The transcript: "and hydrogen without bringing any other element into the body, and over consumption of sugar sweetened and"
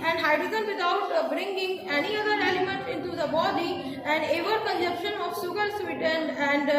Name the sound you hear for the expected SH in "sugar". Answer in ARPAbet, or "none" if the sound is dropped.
S